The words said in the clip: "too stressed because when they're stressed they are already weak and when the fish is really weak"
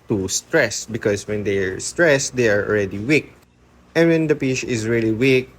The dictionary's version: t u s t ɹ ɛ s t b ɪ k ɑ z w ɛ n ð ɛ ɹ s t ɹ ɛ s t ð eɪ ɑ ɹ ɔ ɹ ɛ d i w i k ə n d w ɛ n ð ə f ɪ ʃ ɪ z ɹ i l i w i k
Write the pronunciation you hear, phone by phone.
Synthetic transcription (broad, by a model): t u s t ɹ ɛ s b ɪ k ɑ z w ɛ n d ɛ ɹ s t ɹ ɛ s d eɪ ɑ ɹ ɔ l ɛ d i w i k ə n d w ɛ n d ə p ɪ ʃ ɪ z ɹ i l i w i k